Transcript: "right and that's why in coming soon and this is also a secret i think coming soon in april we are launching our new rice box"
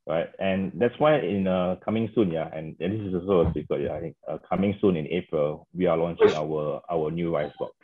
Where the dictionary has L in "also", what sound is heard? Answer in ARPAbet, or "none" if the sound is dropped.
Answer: none